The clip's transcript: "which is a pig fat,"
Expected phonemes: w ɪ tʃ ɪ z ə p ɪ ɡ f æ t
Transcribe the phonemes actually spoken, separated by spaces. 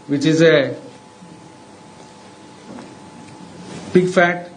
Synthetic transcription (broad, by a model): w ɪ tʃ ɪ z ə b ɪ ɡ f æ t